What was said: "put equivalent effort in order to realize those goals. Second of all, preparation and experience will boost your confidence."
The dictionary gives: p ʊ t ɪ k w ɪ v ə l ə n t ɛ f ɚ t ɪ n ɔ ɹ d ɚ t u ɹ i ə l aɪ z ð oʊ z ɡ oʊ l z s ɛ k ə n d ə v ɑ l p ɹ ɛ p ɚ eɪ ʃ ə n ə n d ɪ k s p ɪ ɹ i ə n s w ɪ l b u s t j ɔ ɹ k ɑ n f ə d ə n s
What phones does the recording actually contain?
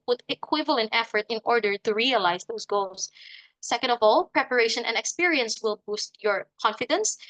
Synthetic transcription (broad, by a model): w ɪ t ɪ k w ɪ v ə l ə n t ɛ f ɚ t ɪ n ɔ ɹ d ɚ t u ɹ i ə l aɪ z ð oʊ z ɡ oʊ l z s ɛ k ə n d ə v ɑ l p ɹ ɛ p ɚ eɪ ʃ ə n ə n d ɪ k s p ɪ ɹ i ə n s w ɪ l b u s t j ɔ ɹ k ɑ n f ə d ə n s